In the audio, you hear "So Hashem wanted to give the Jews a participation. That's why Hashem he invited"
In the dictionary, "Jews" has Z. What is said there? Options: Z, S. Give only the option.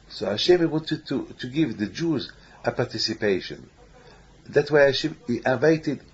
Z